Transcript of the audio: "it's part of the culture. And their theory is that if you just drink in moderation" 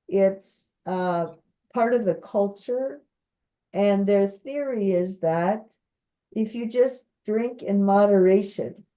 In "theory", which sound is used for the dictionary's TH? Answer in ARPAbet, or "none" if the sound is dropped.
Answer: TH